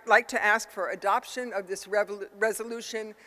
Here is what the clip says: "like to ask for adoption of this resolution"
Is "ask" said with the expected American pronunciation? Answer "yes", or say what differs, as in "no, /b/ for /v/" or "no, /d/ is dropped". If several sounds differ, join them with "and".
yes